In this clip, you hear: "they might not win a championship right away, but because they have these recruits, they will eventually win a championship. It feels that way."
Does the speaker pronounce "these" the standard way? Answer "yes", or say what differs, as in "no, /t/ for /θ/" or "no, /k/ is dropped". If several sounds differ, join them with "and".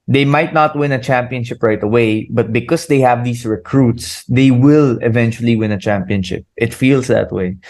no, /s/ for /z/